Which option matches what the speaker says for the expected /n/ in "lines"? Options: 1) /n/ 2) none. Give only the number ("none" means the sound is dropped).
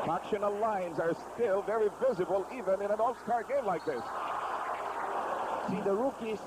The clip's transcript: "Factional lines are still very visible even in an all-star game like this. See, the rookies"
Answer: 1